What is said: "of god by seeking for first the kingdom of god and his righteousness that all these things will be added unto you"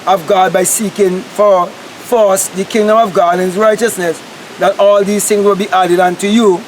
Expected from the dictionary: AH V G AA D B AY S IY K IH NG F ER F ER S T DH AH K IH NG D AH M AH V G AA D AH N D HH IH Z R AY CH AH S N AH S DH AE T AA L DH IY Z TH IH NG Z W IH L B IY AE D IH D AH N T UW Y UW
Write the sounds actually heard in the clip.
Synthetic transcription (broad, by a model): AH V G AA D B AY S IY K IH NG F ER F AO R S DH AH K IH NG D AH M AH V G AA D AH N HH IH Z R AY CH AH S N AH S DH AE T AA L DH IY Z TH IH NG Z W IH L B IY AE D IH D AH N T UW Y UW